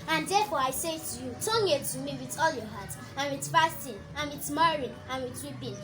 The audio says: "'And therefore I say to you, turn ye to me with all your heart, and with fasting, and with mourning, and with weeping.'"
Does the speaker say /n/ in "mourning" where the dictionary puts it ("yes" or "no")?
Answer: no